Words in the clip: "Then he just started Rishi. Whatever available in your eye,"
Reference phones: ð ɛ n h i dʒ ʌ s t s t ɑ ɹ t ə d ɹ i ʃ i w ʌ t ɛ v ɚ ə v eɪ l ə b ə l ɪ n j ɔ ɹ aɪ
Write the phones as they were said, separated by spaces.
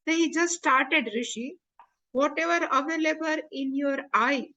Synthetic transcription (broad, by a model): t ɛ h i dʒ ʌ s t s t ɑ ɹ t ə d ɹ i ʃ i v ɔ t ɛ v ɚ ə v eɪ l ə b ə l ɪ n j ɔ ɹ aɪ